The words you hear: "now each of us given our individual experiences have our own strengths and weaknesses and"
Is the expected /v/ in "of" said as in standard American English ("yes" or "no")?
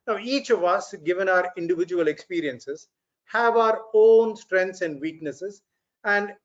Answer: yes